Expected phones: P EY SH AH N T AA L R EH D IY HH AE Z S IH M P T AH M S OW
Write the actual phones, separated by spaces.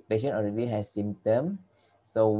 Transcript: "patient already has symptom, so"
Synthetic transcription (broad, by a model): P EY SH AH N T AA L R EH D IY HH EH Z S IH M T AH M S OW